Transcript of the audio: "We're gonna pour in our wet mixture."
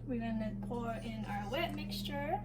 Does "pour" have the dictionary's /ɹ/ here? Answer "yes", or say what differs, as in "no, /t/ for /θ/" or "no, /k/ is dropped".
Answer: yes